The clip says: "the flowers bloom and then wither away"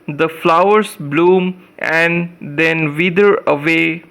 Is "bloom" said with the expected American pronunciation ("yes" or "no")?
yes